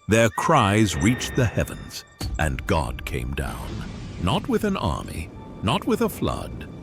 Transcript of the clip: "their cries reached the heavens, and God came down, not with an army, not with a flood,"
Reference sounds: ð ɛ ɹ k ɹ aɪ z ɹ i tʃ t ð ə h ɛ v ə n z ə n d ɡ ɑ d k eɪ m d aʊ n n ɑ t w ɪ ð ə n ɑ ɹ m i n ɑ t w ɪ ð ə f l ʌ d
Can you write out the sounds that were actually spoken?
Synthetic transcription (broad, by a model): ð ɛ ɹ k ɹ aɪ z ɹ i tʃ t ð ə h ɛ v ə n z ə n ɡ ɑ d k eɪ m d aʊ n n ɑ t w ɪ ð ə n ɑ ɹ m i n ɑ t w ɪ ð ə f l ʌ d